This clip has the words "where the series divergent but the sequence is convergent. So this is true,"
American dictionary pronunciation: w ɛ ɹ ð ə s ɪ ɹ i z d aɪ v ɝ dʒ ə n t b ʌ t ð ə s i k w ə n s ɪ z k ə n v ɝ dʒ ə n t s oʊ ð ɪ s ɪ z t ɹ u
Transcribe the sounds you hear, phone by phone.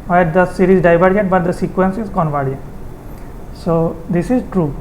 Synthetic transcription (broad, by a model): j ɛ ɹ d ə s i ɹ i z d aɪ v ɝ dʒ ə t b ʌ t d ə s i k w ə n s ɪ z k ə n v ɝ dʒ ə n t s oʊ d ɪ s ɪ z t ɹ u